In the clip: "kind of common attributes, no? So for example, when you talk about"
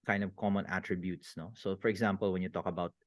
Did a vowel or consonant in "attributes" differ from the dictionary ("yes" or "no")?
no